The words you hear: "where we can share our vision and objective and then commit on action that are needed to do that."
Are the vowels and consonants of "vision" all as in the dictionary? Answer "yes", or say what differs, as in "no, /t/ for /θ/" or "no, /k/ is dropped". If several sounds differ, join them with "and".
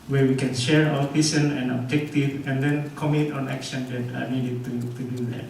no, /s/ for /ʒ/